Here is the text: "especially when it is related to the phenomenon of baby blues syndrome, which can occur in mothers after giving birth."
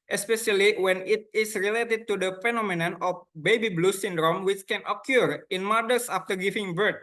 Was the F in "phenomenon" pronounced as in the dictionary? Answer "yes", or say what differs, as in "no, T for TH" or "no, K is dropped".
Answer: yes